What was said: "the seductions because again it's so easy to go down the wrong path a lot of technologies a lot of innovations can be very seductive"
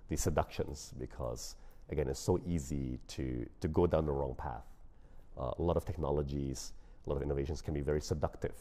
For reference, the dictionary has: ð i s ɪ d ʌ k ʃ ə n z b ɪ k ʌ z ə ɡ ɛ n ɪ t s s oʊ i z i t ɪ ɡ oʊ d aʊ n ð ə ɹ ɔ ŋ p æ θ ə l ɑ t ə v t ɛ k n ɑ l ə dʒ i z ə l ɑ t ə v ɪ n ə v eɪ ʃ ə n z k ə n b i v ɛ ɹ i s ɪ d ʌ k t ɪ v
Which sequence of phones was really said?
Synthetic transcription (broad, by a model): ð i s ɪ d ʌ k ʃ ə n z b ɪ k ʌ z ə ɡ ɛ n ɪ t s s oʊ i z i t ɪ ɡ oʊ d aʊ n ð ə ɹ ɔ ŋ p æ θ ə l ɑ t ə v t ɛ k n ɑ l ə dʒ i z ə l ɑ t ə v ɪ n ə v eɪ ʃ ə n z k ə n b i v ɛ ɹ i s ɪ d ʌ k t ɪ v